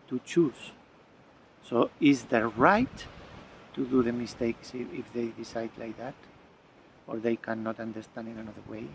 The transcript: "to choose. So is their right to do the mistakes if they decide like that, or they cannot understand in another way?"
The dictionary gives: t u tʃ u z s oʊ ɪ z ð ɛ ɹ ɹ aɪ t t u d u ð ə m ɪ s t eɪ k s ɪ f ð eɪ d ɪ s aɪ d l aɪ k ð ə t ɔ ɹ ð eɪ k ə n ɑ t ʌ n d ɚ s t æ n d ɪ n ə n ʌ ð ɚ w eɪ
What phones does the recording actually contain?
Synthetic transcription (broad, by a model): t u tʃ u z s oʊ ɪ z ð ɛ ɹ ɹ aɪ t t u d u ð ə m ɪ s t eɪ k s ɪ f ð eɪ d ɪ s aɪ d l aɪ k ð ə t ɔ ɹ ð eɪ k ə n ɑ t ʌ n d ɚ s t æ n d ɪ n ə n ʌ ð ɚ w eɪ